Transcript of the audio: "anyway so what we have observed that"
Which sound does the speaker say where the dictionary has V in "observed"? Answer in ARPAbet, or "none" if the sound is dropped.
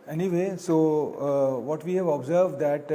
V